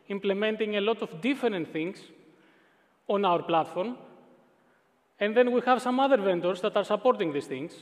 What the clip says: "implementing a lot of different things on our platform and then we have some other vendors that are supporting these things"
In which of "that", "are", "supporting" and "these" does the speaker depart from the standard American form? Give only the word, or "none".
these